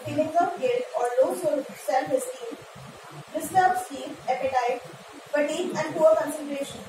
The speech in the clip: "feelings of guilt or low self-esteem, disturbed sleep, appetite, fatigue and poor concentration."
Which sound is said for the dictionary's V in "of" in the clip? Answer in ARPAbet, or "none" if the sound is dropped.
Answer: P